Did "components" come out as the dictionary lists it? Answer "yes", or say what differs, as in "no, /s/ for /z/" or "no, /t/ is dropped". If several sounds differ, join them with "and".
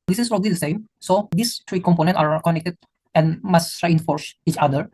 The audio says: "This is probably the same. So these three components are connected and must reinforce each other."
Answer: no, /s/ is dropped